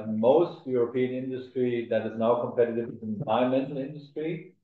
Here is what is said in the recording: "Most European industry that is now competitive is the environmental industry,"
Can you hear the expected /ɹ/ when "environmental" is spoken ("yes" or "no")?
no